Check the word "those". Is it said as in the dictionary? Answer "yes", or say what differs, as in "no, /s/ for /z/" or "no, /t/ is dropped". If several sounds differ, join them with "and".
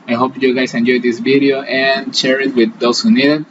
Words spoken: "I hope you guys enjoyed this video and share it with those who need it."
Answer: no, /s/ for /z/